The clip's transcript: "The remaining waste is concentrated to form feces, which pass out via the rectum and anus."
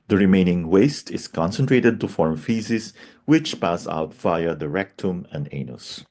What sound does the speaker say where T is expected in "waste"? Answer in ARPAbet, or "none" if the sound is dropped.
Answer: T